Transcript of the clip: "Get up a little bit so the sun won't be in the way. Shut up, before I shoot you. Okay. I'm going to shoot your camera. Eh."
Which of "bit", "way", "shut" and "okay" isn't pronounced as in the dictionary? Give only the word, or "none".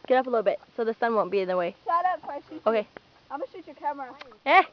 shut